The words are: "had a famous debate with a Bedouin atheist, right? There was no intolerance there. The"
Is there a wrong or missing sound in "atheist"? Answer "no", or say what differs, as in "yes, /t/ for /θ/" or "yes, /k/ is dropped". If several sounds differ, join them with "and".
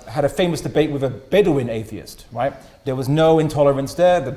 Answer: no